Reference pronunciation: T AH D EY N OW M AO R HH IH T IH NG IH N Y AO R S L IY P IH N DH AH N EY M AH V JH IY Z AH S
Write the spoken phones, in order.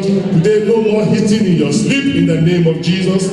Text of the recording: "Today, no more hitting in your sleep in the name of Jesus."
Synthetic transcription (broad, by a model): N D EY L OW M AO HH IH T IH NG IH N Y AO S L IY P IH N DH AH N EY M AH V JH IY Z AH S